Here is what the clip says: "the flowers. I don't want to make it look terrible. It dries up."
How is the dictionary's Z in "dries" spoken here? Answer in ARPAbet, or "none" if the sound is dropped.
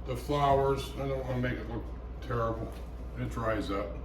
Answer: Z